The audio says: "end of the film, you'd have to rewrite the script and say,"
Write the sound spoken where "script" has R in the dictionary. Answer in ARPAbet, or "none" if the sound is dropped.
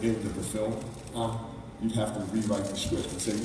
W